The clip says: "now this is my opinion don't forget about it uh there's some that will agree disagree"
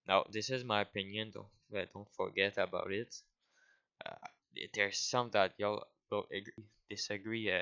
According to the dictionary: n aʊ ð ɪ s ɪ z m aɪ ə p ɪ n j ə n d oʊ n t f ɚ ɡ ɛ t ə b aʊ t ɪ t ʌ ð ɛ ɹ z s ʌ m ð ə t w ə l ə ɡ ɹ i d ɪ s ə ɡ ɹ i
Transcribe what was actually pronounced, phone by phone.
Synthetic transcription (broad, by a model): n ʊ ð ɪ s ɪ z m aɪ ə p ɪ n j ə n d oʊ n t f ɚ ɡ ɛ t ə b aʊ t ɪ t ʌ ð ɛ ɹ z s ʌ m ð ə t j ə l ə ɡ ɹ i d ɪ s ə ɡ ɹ i